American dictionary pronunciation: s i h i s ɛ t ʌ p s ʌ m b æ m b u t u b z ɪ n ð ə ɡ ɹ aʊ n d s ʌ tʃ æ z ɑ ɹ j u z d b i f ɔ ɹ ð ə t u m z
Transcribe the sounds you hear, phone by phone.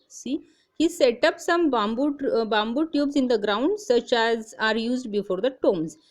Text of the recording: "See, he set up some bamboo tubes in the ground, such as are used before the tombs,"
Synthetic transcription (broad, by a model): s i h i s ɛ t ʌ p s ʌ m b æ m b u t u b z ɪ n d ə ɡ ɹ aʊ n d s ʌ tʃ æ z ɑ ɹ j u z d b i f ɔ ɹ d ə t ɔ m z